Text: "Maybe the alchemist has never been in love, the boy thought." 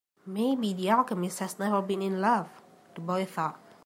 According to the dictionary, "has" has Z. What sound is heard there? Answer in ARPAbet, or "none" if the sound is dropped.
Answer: S